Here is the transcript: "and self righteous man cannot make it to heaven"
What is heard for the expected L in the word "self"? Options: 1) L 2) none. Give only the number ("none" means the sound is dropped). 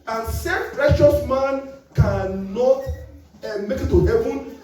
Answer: 2